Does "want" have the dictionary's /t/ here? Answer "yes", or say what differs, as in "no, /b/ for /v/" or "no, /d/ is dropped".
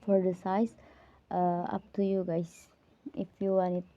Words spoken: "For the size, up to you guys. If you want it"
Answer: no, /t/ is dropped